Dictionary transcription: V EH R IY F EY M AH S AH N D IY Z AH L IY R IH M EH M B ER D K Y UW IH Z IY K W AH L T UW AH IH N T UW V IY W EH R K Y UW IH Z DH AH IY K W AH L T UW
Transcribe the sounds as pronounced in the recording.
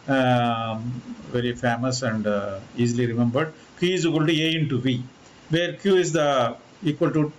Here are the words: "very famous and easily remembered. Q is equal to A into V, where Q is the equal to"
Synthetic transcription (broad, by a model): V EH R IY F EY M AH S AH N D IY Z L IY R IH M EH M B ER D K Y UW IH Z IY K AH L T UW AH IH N T UW V IY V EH R K Y UW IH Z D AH IY K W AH L T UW